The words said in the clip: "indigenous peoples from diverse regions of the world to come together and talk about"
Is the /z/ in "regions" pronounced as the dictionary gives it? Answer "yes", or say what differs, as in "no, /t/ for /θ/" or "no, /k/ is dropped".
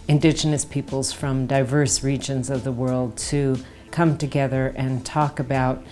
yes